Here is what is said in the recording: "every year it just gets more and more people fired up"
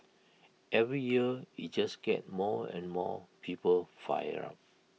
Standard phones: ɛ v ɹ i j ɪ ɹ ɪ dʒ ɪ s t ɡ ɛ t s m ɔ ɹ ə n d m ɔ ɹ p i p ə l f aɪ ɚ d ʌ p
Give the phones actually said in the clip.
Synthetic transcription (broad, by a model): ɛ v ɹ i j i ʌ ɪ dʒ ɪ s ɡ ɛ t m ɔ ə n m ɔ p i p ə l f aɪ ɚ ɑ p